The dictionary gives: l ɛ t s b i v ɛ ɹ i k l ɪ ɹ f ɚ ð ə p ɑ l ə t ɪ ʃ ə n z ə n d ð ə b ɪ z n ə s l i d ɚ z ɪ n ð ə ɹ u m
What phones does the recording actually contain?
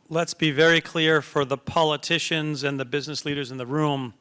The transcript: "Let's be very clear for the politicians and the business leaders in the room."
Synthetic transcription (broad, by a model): l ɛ t s b i v ɛ ɹ i k l ɪ ɹ f ɚ ð ə p ɑ l ə t ɪ ʃ ə n z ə n ð ə b ɪ z n ə s l i d ɚ z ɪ n ð ə ɹ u m